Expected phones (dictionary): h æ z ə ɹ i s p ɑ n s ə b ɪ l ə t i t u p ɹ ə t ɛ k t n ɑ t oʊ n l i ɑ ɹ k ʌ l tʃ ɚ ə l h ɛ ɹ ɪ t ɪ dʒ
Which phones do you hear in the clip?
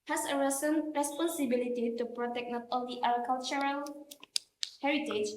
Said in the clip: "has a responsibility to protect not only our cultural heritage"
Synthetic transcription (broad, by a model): h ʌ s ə ɹ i s p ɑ n s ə b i l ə t i t u p ɹ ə t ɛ k n ɑ t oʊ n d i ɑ l k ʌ l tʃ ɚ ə l h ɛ ɹ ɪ t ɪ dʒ